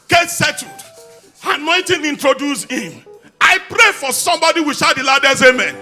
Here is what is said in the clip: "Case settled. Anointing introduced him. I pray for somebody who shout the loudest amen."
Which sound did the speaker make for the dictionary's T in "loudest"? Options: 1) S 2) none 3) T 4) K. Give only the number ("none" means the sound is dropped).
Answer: 2